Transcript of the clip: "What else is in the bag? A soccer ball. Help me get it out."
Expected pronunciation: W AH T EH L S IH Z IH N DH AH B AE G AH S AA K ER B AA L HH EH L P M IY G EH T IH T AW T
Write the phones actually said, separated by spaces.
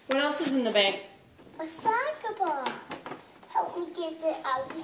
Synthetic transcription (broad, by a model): W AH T EH L S IH Z IH N DH AH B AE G AH S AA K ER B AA HH EH L P M IY G EH T IH T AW